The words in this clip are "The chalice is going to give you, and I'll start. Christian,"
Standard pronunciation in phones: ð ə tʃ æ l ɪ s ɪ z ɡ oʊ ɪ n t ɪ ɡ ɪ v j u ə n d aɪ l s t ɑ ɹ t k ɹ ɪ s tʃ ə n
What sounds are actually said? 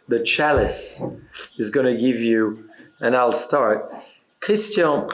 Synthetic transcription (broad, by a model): ð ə tʃ æ l ɪ s ɪ z ɡ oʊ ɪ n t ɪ ɡ ɪ v j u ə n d aɪ l s t ɑ ɹ t k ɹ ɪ s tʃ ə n